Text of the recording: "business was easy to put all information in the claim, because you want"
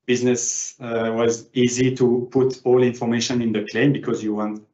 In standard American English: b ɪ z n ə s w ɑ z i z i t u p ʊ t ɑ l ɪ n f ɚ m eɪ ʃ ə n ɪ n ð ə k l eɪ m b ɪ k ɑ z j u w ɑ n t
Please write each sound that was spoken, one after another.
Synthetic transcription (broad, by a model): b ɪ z n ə s w ɑ z i z i t u p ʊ t ɑ l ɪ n f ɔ m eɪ ʃ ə n ɪ n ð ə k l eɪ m b ɪ k ɑ z j u w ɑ n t